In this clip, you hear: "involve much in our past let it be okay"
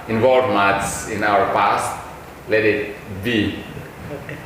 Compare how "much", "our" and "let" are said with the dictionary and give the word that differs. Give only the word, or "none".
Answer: much